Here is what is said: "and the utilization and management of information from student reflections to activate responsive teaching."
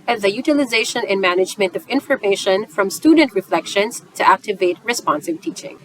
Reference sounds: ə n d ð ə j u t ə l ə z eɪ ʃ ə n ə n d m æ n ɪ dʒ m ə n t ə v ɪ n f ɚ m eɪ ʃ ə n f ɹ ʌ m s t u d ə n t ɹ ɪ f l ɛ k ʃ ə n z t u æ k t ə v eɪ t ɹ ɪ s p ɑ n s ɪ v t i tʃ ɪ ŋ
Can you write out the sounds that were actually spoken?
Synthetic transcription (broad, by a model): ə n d ð ə j u t ə l ə z eɪ ʃ ə n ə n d m æ n ɪ dʒ m ə n t ə v ɪ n f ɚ m eɪ ʃ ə n f ɹ ʌ m s t u d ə n t ɹ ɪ f l ɛ k ʃ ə n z t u æ k t ə v eɪ t ɹ ɪ s p ɑ n s ɪ v t i tʃ ɪ ŋ